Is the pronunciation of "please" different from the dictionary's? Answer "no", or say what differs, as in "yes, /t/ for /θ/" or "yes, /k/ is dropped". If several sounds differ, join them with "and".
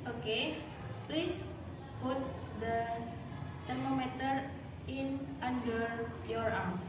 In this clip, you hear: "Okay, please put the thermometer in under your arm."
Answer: yes, /s/ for /z/